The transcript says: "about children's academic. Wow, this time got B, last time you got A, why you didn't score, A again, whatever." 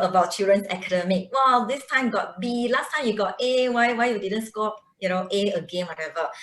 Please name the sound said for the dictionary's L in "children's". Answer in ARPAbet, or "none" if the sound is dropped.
none